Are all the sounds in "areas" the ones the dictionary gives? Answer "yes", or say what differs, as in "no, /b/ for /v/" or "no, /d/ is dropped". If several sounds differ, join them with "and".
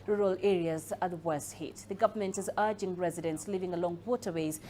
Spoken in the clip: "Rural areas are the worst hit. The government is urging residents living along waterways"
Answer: yes